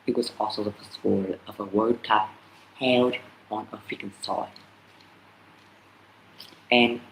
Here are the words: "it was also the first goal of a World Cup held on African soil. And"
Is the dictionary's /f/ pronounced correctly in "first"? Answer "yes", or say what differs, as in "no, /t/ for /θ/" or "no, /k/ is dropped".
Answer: no, /p/ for /f/